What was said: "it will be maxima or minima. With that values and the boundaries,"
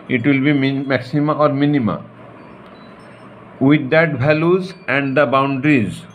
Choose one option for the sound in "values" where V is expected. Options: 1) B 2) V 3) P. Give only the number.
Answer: 1